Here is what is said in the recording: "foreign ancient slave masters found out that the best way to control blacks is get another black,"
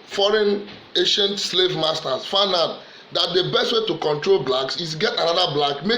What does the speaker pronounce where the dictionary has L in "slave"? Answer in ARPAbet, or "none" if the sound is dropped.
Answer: L